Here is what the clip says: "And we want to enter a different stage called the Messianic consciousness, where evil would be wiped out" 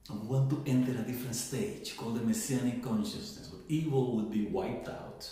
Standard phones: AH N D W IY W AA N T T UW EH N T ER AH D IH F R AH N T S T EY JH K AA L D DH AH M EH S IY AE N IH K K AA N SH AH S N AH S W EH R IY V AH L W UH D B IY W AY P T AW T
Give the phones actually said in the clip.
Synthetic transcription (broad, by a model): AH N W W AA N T T UW EH N T ER AH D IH F R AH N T S T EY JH K AA L D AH M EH S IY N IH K K AA N SH AH S N AH S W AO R IY V AH L W UH D B IY W AY P T AW T